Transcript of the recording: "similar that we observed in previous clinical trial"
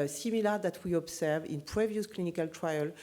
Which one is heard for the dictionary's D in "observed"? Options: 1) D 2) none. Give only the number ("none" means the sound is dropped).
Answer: 2